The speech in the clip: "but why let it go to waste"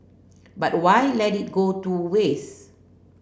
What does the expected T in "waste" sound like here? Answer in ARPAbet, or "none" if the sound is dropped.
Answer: none